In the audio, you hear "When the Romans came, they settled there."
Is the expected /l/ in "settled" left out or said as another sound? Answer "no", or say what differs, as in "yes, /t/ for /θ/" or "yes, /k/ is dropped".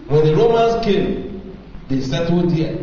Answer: yes, /l/ is dropped